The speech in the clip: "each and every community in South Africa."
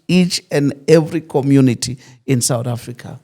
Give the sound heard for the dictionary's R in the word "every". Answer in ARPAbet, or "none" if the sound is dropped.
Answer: R